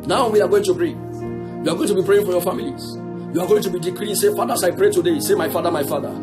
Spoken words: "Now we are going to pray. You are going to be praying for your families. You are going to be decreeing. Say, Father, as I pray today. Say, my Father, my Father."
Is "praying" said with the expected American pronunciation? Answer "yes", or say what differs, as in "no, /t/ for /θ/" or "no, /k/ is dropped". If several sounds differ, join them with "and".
yes